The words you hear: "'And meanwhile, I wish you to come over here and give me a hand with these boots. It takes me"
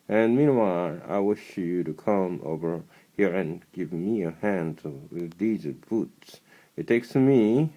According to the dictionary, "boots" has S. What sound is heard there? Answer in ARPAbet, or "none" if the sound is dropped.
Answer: S